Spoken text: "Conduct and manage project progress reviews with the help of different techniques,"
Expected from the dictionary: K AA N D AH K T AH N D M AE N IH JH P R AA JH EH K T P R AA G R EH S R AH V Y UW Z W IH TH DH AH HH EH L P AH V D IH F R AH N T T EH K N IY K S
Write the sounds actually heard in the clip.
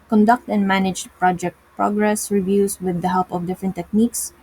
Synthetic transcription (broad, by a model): K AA N D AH K T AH N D M AE N IH JH P R AA JH EH K T P R AA G R EH S R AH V Y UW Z W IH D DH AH HH EH L P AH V D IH F R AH N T T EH K N IY K S